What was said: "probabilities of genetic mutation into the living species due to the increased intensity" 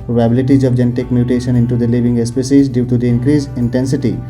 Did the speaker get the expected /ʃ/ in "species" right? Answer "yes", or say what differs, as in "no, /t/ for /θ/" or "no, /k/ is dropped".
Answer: no, /s/ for /ʃ/